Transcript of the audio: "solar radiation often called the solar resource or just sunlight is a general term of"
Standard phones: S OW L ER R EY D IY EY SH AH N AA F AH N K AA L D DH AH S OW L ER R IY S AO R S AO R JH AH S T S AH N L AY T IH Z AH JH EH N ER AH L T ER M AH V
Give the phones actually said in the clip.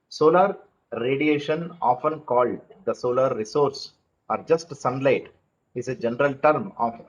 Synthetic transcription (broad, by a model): S OW L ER R EY D IY EY SH AH N AA F AH N K AA L D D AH S OW L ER R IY S AO R S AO R JH AH S T S AH N L AY T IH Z AH JH EH N ER AH L T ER M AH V